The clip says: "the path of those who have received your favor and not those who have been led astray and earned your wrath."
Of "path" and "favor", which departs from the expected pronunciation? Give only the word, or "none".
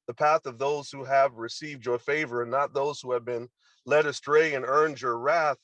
none